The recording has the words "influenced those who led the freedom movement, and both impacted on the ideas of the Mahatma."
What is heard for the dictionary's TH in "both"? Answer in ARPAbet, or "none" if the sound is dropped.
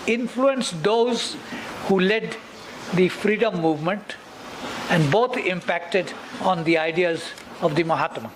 T